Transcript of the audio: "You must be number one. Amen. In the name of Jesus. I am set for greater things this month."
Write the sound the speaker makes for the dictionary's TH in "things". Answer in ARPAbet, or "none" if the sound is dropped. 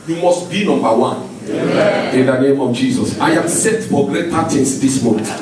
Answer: T